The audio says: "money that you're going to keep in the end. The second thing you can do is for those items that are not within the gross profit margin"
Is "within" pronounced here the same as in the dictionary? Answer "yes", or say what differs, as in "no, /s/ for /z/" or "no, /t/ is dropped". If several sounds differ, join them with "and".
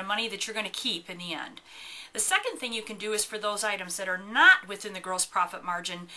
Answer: yes